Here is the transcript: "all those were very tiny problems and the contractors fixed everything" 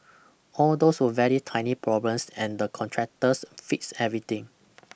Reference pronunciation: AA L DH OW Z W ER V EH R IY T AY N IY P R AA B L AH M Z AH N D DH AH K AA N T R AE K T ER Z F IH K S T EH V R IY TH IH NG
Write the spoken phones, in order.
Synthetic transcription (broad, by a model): AA L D OW S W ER V EH R IY T AY N IY P R AA B L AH M S AH N D AH K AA N T R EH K T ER S F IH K S EH V R IY T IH NG